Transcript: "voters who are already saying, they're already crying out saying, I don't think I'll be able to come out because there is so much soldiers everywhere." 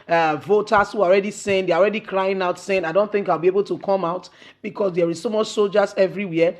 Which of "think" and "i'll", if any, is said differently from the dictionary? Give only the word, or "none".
none